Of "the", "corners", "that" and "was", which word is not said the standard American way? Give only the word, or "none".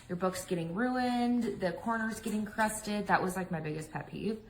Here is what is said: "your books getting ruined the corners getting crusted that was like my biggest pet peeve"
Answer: none